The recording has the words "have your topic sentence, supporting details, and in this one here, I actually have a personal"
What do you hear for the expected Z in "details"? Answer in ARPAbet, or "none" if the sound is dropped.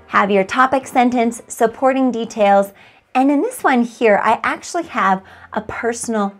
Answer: Z